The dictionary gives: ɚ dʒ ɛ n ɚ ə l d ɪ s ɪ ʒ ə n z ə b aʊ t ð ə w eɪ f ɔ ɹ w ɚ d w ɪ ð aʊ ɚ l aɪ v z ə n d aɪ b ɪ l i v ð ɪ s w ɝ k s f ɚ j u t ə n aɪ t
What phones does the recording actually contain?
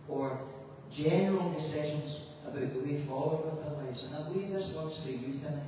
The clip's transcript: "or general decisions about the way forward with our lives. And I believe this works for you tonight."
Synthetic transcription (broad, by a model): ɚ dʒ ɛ n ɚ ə l d ɪ s ɪ ʒ ə n z ə b aʊ t ð ə w eɪ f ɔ l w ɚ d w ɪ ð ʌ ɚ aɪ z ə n aɪ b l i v ð ɪ s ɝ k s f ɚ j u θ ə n